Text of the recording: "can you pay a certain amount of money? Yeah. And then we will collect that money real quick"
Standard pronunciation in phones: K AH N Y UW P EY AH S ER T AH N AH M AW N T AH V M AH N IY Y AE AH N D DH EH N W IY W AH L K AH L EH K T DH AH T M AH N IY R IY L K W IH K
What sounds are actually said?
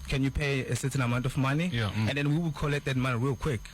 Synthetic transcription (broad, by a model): K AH N Y UW P EY AH S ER T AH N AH M AW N T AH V M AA N IY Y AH N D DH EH N W IY W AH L K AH L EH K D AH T M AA N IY R IY L K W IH K